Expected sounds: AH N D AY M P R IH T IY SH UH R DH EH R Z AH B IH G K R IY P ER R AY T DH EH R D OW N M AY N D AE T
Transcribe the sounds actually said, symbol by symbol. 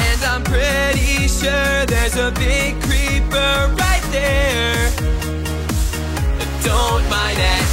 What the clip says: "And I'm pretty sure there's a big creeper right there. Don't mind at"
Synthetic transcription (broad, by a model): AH N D AY M P R IH T IY SH UH R DH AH R Z AH B IH G K R IY P ER R AY T DH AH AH D OW N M AY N AE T